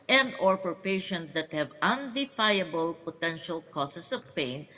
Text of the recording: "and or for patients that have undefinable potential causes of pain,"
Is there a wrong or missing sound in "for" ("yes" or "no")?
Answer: yes